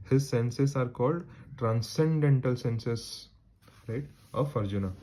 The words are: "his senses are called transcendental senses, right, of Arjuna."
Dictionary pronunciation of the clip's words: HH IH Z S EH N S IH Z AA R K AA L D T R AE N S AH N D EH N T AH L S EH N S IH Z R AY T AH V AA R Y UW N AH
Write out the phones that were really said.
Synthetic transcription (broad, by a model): HH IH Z S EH N S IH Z AA R K AA L D T R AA N S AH N D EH N T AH L S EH N S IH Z R AY T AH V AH R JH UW N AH